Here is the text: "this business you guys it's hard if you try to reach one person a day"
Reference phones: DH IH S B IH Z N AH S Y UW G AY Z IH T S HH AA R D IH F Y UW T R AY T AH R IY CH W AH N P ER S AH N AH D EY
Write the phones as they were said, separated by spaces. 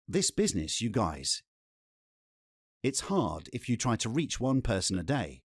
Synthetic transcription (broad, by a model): DH IH S B IH Z N AH S Y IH G AY Z IH T S HH AA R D IH F Y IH T R AY T AH R IY CH W AH N P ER S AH N AH D EY